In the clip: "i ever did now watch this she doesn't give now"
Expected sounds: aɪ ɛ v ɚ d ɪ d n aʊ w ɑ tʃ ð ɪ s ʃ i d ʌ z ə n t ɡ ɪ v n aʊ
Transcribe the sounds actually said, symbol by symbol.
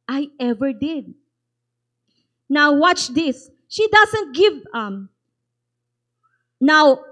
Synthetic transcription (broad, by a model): aɪ ɛ v ɚ d ɪ d n aʊ w ɑ tʃ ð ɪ s ʃ i d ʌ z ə n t ɡ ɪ v n aʊ